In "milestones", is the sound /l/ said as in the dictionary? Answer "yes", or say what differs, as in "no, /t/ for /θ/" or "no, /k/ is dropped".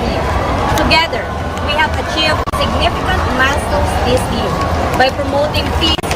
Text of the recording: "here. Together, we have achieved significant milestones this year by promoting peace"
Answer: no, /l/ is dropped